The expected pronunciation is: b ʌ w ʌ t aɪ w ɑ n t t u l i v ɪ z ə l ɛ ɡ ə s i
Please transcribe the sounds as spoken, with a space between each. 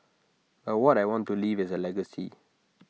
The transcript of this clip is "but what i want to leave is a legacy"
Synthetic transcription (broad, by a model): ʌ w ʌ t aɪ w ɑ n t t u l i v ɪ z ə l ɛ ɡ ə s i